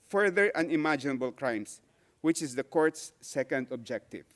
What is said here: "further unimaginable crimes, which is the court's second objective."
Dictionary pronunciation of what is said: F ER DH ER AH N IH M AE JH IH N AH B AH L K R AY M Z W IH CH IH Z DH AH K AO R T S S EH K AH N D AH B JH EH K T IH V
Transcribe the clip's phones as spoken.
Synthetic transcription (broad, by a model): F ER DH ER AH N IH M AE JH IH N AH B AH L K R AY M S W IH CH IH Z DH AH K AO R T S S EH K AH N D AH B JH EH K T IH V